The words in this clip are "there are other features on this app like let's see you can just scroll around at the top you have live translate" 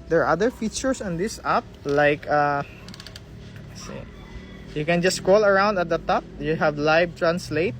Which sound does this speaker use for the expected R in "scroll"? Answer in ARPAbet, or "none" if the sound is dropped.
R